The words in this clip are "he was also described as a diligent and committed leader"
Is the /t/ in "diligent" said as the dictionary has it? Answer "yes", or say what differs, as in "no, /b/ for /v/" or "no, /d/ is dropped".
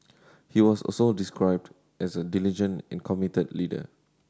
no, /t/ is dropped